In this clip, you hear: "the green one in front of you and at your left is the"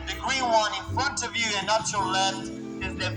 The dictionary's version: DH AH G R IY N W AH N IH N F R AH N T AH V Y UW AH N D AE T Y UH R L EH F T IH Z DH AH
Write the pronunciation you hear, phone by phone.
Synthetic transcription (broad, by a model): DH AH G R IY N W AH N IH N F R AH N T AH V Y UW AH N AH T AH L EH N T IH Z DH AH